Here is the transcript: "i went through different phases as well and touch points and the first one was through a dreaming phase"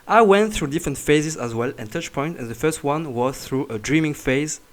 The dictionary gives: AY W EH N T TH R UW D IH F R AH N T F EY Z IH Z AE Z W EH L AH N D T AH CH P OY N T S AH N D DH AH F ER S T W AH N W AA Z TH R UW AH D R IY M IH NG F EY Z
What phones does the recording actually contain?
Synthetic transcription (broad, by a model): AY W EH N T TH R UW D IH F R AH N T F EY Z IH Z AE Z W EH L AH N T AH CH P OY N T AH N DH AH F ER S T W AH N W AA Z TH R UW AH D R IY M IH NG F EY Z